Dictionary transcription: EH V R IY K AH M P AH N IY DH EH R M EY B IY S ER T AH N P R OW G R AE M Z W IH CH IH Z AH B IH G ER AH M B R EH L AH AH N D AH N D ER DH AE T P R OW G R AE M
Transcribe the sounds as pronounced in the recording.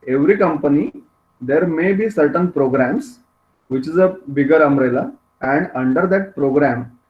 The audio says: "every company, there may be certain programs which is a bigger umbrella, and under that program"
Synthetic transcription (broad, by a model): EH V R IY K AH M P AH N IY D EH R M EY B IY S ER T AH N P R OW G R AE M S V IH CH IH Z AH B IH G ER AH M R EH L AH AH N D AH N D ER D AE T P R OW G R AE M